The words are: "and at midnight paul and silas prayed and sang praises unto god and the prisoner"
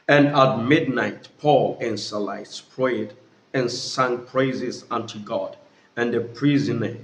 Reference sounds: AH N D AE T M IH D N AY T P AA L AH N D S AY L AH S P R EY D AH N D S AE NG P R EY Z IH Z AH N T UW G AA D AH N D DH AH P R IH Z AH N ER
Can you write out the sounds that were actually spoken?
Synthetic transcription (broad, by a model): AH N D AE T M IH D N AY T P AA L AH N S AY L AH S P R EY D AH N S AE NG P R EY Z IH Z AH N T UW G AA D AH N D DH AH P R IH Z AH N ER